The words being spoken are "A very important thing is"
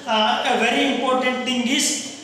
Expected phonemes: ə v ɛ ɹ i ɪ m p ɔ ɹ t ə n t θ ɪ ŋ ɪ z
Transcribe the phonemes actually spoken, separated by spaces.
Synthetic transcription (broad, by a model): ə v ɛ ɹ i ɪ m p ɔ ɹ t ə n t t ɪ ŋ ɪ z